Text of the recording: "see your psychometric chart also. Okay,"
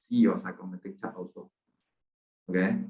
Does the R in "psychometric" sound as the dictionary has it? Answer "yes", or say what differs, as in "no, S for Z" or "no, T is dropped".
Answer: no, R is dropped